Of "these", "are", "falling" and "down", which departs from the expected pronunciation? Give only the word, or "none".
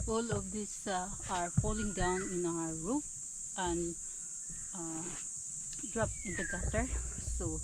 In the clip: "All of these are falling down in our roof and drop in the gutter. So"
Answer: these